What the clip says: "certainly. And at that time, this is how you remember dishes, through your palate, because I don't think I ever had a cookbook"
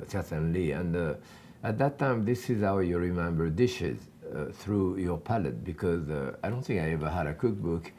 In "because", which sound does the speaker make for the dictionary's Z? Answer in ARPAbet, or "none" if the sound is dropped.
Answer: Z